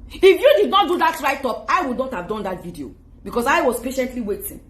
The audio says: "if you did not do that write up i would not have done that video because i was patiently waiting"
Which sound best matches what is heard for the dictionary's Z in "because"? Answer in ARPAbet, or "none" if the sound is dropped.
S